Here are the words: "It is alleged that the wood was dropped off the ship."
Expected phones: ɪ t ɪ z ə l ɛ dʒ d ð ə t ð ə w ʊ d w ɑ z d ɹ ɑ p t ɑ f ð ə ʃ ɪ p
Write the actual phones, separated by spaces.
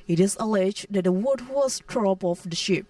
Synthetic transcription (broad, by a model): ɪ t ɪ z ə l ɛ dʒ d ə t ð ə w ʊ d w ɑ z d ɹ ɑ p ɑ f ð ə ʃ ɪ p